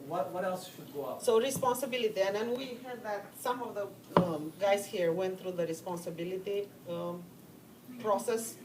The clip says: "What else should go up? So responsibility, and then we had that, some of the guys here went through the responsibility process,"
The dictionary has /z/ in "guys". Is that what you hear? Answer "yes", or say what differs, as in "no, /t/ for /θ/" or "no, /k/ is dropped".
no, /s/ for /z/